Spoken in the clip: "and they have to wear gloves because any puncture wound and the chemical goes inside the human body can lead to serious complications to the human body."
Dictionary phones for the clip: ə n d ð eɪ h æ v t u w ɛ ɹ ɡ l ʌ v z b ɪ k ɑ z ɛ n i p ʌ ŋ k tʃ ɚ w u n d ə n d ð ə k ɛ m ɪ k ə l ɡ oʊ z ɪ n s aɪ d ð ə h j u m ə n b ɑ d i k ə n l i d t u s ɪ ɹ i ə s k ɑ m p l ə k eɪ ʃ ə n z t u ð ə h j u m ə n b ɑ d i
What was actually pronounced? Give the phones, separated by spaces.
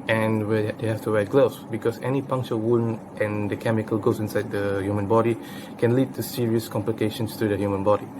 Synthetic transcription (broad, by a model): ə n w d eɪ h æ f t u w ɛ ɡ l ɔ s b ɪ k ɑ s ɛ n i p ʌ ŋ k tʃ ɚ w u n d ə n d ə k ɛ m ɪ k ə l ɡ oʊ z ɪ n s aɪ d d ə h j u m ə n b ɑ d i k ə n l i d t u s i ɹ i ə s k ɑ m p l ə k eɪ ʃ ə n s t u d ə h j u m ə n b ɑ d i